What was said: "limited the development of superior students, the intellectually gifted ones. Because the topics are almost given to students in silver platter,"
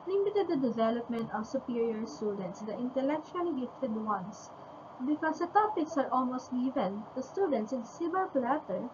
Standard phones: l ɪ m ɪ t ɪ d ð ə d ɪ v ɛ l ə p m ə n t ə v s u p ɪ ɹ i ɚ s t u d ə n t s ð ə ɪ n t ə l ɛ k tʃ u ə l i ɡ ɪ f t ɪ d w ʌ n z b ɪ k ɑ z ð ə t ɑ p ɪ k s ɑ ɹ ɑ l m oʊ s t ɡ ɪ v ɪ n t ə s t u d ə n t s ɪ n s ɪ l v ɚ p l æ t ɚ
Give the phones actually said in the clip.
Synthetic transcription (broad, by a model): l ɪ m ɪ t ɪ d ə d ɪ v ɛ l ə p m ə n t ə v s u p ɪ ɹ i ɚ s t u d ə n t s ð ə ɪ n t ə l ɛ k tʃ u ə l i ɡ ɪ f t ɪ d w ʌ n s b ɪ k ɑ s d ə t ɑ p ɪ k s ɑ ɹ ɑ l m oʊ s t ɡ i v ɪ n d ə s t u d ə n t s ɪ n s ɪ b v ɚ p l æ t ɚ